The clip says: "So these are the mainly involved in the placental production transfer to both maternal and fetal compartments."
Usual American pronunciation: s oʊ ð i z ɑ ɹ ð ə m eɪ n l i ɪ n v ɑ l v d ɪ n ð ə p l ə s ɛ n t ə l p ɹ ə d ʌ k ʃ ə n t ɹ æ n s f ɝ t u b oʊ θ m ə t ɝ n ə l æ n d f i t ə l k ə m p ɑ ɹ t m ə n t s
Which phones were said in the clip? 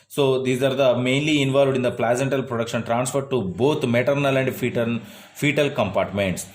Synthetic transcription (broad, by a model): s oʊ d i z ɑ ɹ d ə m eɪ n l i ɪ n v ɑ l v d ɪ n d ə p l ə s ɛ n t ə l p ɹ ə d ʌ k ʃ ə n t ɹ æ n s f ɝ t u b oʊ t m ə t ɝ n ə l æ n d f i t ə l k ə m p ɑ ɹ t m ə n t s